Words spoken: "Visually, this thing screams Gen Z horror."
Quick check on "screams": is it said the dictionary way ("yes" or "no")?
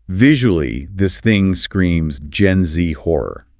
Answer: yes